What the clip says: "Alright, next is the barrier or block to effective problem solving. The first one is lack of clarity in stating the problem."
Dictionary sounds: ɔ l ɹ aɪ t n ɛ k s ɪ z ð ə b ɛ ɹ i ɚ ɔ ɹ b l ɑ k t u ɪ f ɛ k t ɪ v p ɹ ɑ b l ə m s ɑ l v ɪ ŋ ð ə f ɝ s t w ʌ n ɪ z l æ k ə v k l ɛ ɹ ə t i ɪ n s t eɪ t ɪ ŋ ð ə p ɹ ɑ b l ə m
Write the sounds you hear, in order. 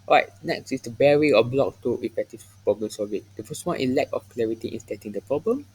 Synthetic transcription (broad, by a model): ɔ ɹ aɪ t n ɛ k s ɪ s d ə b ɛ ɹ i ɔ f b l ɑ k t u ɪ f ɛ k t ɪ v p ɹ ɑ b l ə m s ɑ v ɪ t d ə f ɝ s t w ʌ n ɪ l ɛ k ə f k l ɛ ɹ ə t i ɪ n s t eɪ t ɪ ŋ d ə p ɹ ɑ b l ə m